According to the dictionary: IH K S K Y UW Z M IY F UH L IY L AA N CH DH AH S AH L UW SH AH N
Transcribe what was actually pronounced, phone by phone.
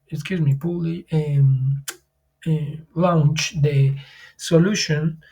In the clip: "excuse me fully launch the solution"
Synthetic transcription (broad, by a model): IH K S K Y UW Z M IY P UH L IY L AA N CH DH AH S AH L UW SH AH N